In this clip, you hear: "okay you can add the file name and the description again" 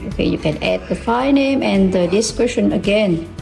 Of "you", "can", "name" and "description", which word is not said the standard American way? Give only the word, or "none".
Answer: description